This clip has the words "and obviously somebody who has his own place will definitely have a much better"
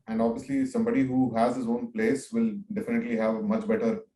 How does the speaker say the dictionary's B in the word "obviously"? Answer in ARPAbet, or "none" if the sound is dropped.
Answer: B